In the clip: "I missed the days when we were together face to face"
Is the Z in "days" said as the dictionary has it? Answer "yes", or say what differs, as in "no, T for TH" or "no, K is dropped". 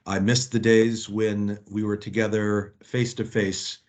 yes